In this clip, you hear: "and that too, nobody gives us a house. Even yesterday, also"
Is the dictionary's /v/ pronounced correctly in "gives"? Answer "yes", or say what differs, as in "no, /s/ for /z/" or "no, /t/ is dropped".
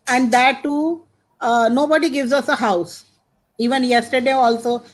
yes